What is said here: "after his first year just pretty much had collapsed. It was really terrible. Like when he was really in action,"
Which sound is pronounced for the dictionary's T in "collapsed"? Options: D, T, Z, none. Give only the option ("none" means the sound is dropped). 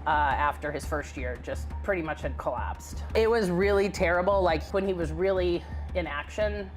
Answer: T